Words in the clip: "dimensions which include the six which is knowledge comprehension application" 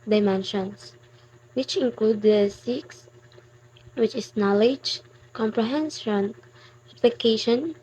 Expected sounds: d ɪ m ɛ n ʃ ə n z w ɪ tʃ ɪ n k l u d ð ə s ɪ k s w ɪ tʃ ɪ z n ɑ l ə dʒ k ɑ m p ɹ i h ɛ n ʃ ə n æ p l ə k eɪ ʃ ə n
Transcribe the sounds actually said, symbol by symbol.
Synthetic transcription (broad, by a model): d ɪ m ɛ n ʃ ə n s w ɪ tʃ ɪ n k l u d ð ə s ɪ k s w ɪ tʃ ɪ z n ɑ l ə dʒ k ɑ m p ɹ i h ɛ n s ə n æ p l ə k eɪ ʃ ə n